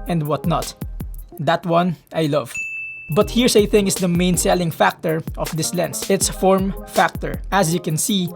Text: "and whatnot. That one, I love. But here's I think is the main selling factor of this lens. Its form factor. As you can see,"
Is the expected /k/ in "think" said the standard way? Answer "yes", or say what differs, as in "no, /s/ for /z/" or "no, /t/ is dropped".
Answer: no, /k/ is dropped